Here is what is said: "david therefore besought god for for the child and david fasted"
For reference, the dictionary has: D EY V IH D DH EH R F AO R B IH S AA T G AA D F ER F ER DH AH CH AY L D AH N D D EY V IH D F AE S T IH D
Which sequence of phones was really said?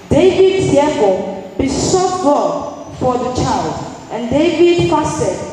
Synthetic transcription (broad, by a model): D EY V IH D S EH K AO B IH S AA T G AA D F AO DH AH CH AY L D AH N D D EY V IH D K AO S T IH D